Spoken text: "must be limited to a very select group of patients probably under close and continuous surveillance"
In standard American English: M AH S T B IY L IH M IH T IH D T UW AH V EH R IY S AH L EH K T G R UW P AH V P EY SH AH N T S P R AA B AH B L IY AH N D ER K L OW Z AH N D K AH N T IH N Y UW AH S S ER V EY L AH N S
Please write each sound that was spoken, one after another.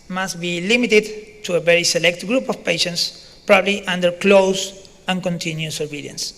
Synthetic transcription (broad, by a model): M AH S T B IY L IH M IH T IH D T UW AH V EH R IY S AH L EH K T G R UW P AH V P EY SH AH N T S P R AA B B L IY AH N D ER K L OW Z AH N K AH N T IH N Y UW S S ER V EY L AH N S